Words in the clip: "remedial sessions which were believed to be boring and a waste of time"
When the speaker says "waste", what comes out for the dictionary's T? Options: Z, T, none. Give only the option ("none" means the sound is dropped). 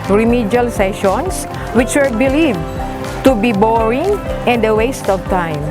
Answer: T